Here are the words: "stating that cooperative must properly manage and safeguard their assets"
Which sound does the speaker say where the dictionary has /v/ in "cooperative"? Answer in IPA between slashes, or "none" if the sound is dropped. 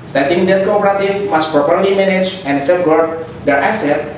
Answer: /f/